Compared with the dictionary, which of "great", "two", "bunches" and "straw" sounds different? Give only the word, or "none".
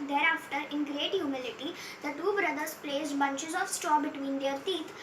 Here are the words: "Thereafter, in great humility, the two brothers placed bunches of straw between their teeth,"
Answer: straw